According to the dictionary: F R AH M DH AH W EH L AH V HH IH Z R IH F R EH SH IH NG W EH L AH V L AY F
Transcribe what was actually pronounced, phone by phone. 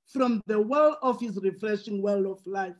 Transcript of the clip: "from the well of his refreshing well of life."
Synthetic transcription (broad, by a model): F R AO M DH AH W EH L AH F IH S R IH F R EH SH IH NG W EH L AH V L AY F